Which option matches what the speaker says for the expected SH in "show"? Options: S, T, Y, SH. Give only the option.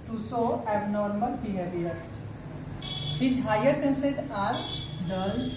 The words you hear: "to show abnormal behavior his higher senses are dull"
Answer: S